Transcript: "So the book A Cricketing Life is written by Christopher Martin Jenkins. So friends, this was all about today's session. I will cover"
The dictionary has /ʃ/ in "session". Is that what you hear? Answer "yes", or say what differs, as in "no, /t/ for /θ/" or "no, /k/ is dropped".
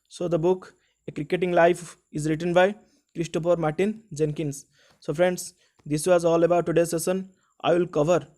no, /s/ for /ʃ/